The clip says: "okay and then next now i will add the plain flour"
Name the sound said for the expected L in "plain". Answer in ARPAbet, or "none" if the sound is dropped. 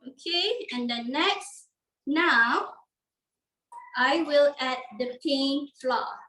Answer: none